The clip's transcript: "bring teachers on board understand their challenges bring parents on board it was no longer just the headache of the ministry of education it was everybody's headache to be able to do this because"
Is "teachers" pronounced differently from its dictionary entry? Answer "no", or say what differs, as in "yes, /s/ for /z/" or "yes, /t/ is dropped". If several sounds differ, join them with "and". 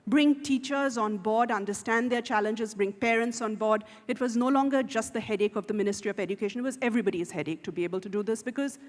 no